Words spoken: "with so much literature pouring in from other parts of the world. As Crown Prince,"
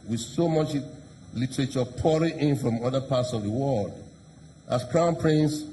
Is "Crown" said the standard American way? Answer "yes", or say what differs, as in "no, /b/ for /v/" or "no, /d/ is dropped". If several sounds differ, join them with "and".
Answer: yes